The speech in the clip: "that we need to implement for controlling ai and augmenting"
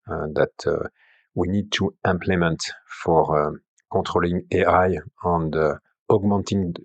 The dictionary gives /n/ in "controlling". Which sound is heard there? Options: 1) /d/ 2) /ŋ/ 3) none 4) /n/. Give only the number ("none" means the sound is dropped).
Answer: 3